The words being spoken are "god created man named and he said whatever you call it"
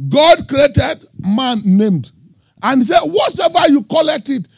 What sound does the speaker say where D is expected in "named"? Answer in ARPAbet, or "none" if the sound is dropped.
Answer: D